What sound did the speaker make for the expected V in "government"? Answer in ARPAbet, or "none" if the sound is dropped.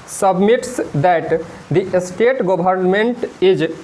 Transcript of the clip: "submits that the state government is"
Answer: B